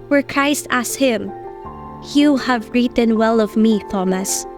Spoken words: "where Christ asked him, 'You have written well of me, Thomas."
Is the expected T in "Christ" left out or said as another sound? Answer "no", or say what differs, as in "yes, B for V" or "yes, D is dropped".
no